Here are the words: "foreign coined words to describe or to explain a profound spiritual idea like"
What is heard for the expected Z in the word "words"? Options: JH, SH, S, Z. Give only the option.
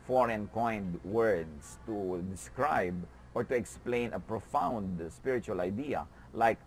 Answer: S